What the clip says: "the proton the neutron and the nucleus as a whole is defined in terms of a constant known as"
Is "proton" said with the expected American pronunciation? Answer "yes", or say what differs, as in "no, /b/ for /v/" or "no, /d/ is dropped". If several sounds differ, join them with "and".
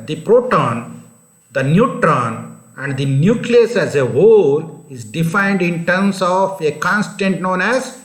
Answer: yes